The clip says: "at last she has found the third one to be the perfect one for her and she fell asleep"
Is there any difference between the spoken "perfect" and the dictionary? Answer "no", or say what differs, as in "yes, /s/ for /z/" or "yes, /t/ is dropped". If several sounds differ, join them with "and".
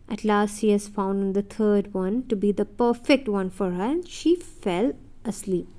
no